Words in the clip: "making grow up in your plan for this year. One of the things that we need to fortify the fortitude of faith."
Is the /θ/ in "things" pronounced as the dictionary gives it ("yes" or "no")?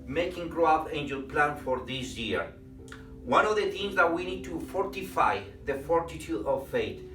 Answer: no